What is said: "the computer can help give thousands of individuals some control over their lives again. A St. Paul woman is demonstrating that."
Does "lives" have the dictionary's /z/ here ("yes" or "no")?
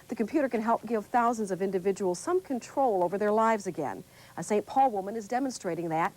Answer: yes